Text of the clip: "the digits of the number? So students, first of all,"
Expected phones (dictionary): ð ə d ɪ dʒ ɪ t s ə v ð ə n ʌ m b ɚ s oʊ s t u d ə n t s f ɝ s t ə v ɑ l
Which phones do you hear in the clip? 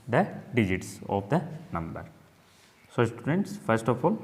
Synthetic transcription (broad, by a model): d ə d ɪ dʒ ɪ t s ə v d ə n ʌ m b ɚ s oʊ s t u d ə n t s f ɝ s t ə f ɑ l